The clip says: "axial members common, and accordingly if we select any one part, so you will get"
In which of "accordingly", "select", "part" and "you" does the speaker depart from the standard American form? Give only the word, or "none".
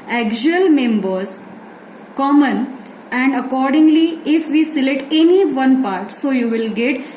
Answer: select